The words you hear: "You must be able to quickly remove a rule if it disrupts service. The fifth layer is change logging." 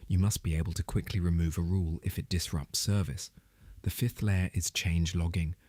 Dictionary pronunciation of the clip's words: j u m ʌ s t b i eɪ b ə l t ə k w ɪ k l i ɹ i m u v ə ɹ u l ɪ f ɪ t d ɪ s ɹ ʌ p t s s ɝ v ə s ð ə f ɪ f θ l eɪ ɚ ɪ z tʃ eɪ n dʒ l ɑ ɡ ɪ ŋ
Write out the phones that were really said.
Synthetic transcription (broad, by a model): j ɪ m ʌ s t b i eɪ b ə l t ə k w ɪ k l i ɹ i m u v ə ɹ u l ɪ f ɪ t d ɪ s ɹ ʌ p t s s ɝ v ə s ð ə f ɪ f θ l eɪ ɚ ɪ z tʃ eɪ n dʒ l ɑ ɡ ɪ ŋ